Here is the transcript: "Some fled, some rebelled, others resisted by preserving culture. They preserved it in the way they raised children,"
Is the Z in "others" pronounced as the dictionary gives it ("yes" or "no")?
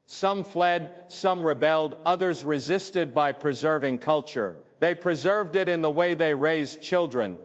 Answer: yes